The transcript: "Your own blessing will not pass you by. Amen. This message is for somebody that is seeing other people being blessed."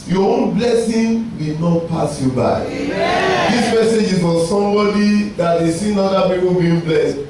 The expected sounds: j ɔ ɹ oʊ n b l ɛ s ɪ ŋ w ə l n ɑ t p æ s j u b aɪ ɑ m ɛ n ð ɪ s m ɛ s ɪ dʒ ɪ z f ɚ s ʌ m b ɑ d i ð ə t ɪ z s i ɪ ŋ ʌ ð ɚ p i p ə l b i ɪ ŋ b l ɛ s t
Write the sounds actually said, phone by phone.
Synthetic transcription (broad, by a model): j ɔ oʊ n b l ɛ s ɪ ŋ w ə n ɑ t p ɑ s j u b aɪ ɑ ɪ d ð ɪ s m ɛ s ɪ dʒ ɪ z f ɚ s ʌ m b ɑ d i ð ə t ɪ s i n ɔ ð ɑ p i p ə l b i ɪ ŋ b l ɛ s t